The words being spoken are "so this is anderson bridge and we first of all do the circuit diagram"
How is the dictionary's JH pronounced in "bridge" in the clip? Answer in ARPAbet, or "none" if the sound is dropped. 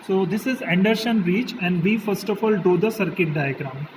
CH